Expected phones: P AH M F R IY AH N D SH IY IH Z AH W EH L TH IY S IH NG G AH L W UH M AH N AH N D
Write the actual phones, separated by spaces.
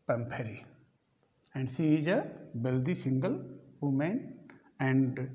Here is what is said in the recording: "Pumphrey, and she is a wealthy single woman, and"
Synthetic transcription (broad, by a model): P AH M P R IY AH N D S IY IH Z AH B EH L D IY S IH NG G AH L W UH M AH N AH N D